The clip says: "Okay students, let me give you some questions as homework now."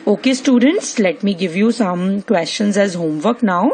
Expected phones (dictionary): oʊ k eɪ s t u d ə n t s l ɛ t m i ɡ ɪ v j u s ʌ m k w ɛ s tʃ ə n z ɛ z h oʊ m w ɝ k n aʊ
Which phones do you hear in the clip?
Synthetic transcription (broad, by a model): oʊ k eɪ s t u d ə n t s l ɛ t m i ɡ ɪ v j u s ʌ m k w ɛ s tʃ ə n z ɛ z h oʊ m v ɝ k n aʊ